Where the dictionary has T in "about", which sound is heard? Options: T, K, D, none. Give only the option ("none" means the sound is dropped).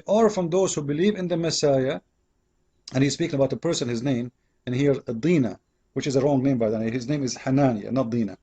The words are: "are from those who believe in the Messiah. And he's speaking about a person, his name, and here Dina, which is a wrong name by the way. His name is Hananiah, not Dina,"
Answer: T